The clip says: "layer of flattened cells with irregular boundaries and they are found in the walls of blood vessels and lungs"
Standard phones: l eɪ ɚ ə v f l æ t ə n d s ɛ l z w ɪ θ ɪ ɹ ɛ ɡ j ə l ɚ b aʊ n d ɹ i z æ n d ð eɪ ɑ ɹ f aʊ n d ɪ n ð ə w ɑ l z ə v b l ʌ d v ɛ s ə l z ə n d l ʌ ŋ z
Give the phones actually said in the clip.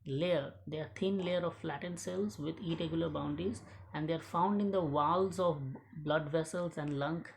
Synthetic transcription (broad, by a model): l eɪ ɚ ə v f l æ t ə n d s ɛ l z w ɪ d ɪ ɹ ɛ ɡ j l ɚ b aʊ n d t i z æ n d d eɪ ɑ ɹ f aʊ n d ɪ n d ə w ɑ l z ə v b l ʌ d v ɛ s ə l z ə n d l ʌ ŋ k